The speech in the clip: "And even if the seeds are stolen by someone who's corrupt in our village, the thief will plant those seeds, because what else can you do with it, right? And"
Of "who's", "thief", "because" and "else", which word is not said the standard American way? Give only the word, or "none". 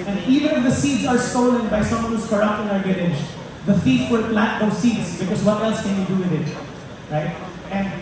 thief